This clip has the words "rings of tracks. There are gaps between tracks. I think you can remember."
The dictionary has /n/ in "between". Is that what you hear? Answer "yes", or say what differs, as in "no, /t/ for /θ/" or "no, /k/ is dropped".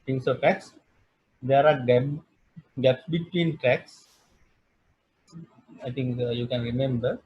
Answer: yes